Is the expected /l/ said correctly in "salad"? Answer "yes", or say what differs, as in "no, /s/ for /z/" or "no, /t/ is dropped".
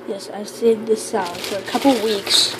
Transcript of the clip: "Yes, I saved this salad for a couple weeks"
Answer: no, /l/ is dropped